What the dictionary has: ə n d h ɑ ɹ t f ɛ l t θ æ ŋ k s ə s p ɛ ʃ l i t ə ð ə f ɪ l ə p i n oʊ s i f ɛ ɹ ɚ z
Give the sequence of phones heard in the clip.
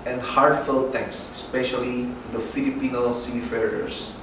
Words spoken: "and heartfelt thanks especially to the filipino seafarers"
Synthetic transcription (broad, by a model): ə n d h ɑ ɹ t f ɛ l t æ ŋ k s s p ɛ ʃ i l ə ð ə f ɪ l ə p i n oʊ s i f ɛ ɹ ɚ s